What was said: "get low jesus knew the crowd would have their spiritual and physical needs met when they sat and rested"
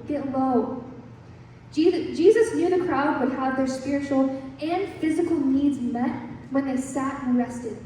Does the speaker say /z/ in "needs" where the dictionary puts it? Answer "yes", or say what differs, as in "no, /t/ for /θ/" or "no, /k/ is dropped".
yes